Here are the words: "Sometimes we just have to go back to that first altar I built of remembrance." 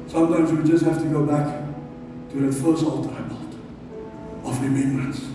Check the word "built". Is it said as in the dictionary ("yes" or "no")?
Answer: no